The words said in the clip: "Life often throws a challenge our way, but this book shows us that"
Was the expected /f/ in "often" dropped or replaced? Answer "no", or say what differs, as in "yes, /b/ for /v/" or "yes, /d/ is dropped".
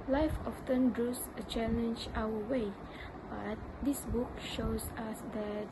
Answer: no